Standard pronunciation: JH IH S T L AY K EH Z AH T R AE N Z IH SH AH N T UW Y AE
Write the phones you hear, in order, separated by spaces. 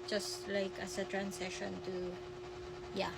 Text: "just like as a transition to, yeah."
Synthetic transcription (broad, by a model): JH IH S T L AY K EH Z AH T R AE N S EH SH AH N T UW Y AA